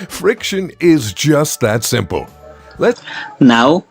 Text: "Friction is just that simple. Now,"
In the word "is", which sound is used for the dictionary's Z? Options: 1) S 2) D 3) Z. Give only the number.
3